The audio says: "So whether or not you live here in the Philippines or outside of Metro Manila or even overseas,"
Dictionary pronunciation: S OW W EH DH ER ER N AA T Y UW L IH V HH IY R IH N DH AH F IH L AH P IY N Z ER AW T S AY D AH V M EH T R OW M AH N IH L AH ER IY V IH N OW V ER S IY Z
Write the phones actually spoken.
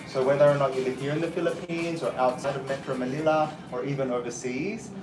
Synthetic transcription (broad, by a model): S OW W EH DH ER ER N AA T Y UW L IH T HH IY R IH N DH AH F IH L AH P IY N Z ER AW T S AY D AH V M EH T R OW M AH N IH L AH ER IY V IH N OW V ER S IY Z